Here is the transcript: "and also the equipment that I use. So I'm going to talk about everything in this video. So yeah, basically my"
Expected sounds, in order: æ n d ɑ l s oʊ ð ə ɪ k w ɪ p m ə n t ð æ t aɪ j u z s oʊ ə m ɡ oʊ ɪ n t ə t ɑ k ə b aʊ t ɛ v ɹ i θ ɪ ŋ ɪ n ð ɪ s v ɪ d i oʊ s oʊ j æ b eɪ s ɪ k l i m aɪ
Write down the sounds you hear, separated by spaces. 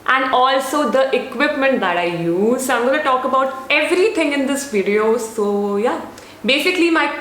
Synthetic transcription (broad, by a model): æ n d ɑ l s oʊ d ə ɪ k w ɪ p m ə n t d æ t aɪ j u z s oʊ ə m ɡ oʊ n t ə t ɑ k ə b aʊ t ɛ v ɹ i t ɪ ŋ ɪ n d ɪ s v ɪ d i oʊ s oʊ j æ b eɪ s ɪ k l i m aɪ